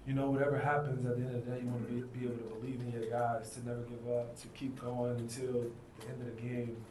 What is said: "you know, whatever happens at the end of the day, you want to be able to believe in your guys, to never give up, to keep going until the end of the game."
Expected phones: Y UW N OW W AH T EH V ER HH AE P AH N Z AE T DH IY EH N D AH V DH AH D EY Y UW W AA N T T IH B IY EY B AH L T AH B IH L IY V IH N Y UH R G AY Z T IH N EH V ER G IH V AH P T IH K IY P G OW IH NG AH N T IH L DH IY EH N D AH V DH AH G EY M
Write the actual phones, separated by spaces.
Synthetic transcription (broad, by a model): Y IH N OW W AH T EH V ER HH AE P AH N Z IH T DH IY EH N D AH V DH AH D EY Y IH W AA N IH B IY EY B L T AH B IH L IY V IH N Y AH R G AY S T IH N EH V ER G IH V AH P T IH K IY P G OW IH NG AH N T IH L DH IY EH N D AH V DH AH G EY M